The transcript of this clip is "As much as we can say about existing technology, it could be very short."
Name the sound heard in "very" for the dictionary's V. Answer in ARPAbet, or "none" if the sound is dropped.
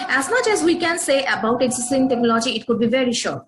V